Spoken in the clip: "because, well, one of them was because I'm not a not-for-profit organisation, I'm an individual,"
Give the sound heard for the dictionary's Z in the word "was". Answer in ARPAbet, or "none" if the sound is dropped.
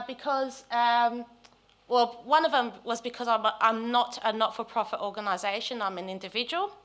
Z